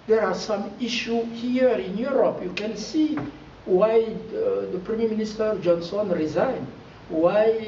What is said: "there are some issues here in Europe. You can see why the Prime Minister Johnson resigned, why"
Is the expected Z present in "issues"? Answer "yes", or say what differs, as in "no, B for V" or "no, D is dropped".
no, Z is dropped